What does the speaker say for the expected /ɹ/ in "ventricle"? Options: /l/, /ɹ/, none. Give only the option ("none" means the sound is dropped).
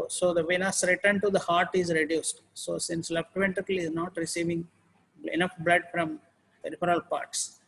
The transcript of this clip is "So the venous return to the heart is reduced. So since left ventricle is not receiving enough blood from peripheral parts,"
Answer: none